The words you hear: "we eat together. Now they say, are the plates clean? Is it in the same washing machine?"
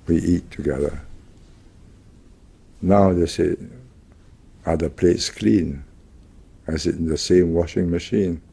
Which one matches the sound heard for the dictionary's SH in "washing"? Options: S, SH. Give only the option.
SH